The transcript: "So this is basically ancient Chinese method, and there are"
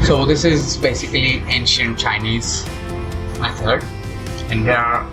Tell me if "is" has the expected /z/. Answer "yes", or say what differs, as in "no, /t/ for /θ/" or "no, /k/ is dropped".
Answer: yes